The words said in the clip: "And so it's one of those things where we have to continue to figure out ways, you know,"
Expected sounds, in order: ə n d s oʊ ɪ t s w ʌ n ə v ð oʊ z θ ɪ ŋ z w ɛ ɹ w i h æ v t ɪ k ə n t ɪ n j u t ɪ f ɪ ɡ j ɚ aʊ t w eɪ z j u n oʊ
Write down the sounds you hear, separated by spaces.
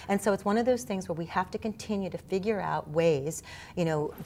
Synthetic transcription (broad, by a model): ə n s oʊ ɪ t s w ʌ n ə v ð oʊ z θ ɪ ŋ z w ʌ ɹ w i h æ f t ɪ k ə n t ɪ n j u t ɪ f ɪ ɡ j ɚ aʊ t w eɪ z j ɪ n oʊ